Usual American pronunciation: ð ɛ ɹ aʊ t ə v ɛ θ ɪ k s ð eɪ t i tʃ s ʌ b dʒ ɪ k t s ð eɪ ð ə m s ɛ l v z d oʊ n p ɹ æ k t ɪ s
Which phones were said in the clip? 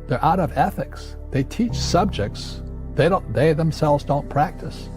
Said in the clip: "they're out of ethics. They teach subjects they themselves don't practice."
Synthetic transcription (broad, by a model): ð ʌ ɹ aʊ t ə v ɛ θ ɪ k s ð eɪ t i tʃ s ʌ b dʒ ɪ k t s ð eɪ ð ə m s ɛ l v z d oʊ n p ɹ æ k t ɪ s